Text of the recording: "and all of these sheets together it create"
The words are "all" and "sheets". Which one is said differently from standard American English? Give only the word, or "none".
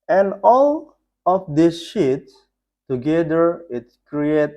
none